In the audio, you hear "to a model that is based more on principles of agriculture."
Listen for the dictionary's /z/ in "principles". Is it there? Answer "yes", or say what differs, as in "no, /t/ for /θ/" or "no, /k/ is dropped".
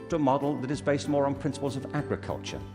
yes